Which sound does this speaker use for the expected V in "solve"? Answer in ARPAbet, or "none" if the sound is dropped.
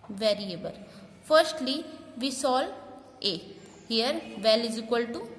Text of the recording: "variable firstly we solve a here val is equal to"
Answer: none